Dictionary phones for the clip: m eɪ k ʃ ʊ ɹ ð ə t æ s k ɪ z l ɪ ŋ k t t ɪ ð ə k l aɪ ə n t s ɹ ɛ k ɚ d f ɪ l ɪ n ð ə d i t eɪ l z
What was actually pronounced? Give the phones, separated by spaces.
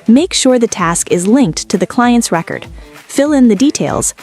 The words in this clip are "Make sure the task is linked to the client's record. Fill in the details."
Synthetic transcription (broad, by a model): m eɪ k ʃ ʊ ɹ ð ə t æ s k ɪ z l ɪ ŋ k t t ɪ ð ə k l aɪ ə n t s ɹ ɛ k ɚ d f ɪ l ɪ n ð ə d i t eɪ l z